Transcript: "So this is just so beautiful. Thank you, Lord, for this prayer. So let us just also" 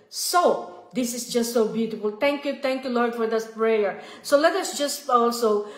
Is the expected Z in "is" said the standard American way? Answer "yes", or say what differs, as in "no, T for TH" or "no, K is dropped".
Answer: no, S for Z